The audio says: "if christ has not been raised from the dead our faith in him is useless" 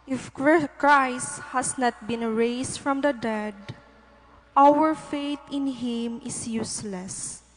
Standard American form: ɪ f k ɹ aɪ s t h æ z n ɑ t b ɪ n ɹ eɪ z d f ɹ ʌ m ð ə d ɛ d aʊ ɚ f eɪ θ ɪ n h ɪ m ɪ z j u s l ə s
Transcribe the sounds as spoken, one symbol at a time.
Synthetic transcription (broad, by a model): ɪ f k ɹ aɪ s t h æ s n ɑ t b ɪ n ɹ eɪ s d f ɹ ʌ m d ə d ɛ d aʊ ɚ f eɪ t ɪ n h ɪ m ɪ s j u s l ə s